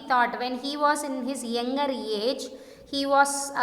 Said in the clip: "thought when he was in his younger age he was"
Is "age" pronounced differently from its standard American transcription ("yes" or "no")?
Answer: no